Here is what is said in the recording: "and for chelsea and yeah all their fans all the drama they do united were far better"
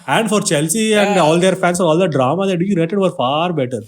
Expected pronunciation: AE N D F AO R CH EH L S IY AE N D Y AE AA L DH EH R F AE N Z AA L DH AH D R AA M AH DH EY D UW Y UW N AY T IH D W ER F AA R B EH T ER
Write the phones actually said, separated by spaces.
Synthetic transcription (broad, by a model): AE N D F AO R CH EH L S IY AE N D AA L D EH R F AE N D AA L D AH D R AA M AH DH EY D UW Y UW N AY T IH D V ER F AA R B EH T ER